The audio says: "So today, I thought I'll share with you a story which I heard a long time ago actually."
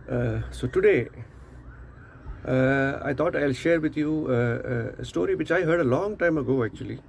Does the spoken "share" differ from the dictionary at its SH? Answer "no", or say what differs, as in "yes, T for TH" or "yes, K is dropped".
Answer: no